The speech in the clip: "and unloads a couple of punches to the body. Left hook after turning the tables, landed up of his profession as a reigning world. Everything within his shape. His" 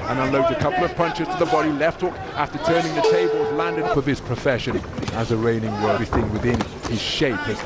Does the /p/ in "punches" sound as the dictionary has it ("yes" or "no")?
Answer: yes